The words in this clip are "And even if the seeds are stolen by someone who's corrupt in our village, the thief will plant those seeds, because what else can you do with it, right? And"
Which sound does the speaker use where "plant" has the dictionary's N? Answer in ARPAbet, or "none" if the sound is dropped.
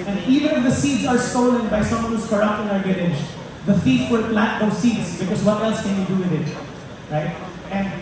none